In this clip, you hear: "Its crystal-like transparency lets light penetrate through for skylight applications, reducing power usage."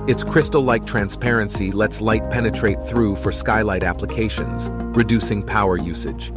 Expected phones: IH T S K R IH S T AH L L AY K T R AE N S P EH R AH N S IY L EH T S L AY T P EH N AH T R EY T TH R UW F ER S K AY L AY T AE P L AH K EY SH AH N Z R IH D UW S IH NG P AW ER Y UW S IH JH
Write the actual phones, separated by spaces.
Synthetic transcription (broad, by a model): IH T S K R IH S T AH L L AY K T R AE N S P EH R AH N S IY L EH T S L AY T P EH N AH T R EY T TH R UW F ER S K AY L AY T AE P L AH K EY SH AH N Z R IH D UW S IH NG P AW ER Y UW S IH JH